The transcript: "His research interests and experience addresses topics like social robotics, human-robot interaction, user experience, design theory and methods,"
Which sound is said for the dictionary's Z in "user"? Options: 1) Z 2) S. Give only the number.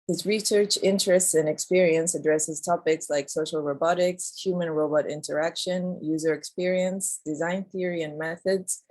1